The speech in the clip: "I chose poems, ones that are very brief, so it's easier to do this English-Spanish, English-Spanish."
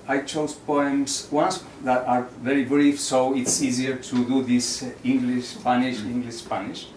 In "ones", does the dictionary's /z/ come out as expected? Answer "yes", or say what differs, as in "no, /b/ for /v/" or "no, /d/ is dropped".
no, /s/ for /z/